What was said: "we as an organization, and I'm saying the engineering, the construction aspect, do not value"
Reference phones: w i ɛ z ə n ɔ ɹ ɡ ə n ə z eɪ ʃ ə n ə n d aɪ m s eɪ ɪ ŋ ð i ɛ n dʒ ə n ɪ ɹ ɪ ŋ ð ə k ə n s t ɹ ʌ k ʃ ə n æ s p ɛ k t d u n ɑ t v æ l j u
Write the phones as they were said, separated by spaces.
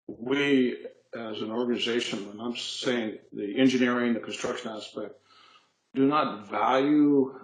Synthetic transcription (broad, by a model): w i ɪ z ə n ɔ ɹ ɡ ə n ə z eɪ ʃ ə n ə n aɪ m s eɪ ɪ ŋ ð i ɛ n dʒ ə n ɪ ɹ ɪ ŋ ð ə k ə n s t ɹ ʌ k ʃ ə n æ s p ɛ k t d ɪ n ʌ t v æ l j u